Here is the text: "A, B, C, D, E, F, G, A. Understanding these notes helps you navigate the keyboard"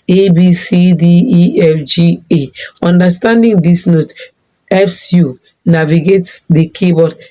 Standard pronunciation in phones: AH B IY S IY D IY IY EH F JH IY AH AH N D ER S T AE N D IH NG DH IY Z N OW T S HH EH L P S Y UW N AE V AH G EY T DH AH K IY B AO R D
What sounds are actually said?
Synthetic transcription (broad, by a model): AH B IY S IY D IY IY EH F JH IY AH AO N D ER S T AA N D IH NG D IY S N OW T HH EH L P S Y UW N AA V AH G EY T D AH K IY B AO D